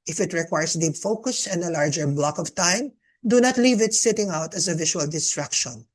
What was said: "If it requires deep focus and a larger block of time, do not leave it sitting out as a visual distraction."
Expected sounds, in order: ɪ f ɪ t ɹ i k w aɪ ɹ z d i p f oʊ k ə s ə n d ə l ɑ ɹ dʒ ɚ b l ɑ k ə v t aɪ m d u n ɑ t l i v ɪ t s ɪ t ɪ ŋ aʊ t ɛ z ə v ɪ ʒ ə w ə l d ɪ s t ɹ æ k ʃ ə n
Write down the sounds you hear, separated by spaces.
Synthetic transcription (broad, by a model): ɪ f ɪ t ɹ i k w aɪ ɹ s d i p f oʊ k ə s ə n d ə l ɑ ɹ dʒ ɚ b l ɑ k ə v t aɪ m d u n ɑ t l i v ɪ t s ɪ t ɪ ŋ aʊ t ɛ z ə v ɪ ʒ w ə l d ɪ s t ɹ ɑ k ʃ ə n